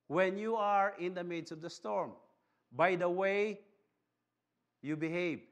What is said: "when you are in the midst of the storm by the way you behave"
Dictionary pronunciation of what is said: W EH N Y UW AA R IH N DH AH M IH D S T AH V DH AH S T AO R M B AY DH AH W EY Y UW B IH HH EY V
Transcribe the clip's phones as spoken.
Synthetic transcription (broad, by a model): W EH N Y UW AA R IH N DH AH M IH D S AH V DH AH S T AO R M B AY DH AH W EY Y UW B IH HH EY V